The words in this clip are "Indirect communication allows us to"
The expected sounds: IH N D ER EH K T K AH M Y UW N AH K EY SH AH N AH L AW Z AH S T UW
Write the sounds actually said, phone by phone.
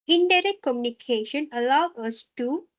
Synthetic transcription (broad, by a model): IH N D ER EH K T K AH M Y UW N AH K EY SH AH N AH L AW AH S T UW